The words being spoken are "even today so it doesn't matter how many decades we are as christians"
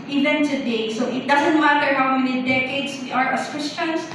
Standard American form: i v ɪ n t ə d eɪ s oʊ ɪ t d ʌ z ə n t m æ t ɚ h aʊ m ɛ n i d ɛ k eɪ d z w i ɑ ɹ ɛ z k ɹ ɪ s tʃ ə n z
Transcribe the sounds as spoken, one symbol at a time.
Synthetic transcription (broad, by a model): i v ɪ n t ə d eɪ s oʊ ɪ t d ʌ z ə n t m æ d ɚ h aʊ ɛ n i d ɛ k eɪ d s w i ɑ ɹ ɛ s k ɹ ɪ s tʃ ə n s